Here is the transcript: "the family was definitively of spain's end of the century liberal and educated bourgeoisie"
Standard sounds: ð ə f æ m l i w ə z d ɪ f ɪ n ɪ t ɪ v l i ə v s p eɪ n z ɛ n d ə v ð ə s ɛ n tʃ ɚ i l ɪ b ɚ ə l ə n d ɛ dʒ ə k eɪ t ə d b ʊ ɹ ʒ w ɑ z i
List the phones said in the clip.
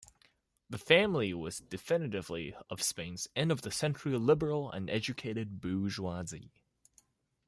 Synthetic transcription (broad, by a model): ð ə f æ m l i w ə z d ɪ f ɪ n ɪ t ɪ v l i ə v s p eɪ n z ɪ n ə v ð ə s ɛ n tʃ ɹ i l ɪ b ɚ l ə n ɛ dʒ ə k eɪ t ə d b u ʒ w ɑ z i